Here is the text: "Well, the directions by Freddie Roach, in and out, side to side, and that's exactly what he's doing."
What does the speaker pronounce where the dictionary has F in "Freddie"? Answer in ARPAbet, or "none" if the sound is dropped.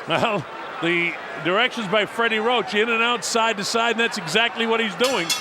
F